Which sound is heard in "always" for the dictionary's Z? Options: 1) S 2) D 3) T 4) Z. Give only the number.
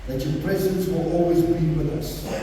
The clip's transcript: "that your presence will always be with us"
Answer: 4